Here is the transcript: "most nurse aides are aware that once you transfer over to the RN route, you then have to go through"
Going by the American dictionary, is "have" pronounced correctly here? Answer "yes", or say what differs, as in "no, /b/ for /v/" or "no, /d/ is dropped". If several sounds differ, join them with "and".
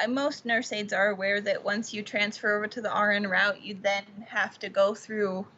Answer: no, /f/ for /v/